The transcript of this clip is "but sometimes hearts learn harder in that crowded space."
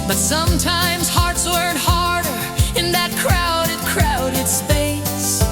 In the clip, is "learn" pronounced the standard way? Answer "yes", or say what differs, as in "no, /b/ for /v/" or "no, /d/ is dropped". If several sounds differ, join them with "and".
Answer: no, /w/ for /l/